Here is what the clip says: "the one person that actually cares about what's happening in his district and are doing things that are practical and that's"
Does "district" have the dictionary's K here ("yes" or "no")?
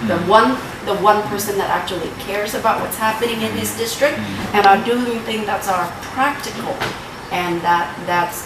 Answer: yes